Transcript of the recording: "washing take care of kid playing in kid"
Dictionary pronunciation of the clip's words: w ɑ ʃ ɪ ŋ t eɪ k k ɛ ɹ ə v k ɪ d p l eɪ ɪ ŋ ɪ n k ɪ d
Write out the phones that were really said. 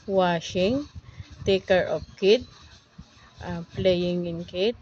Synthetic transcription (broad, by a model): w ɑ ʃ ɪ ŋ t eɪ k k ɛ ɹ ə p k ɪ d p l eɪ ɪ ŋ ɪ n k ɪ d